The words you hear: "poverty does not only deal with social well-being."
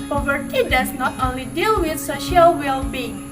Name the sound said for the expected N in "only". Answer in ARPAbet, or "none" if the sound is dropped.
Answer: N